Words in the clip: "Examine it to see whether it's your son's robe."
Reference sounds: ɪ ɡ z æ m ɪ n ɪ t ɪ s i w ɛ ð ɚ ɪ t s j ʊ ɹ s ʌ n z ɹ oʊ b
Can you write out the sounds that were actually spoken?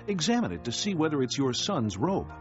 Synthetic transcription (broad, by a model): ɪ ɡ z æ m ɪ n ɪ t ɪ s i w ɛ ð ɚ ɪ t s j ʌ ɹ s ʌ n z ɹ oʊ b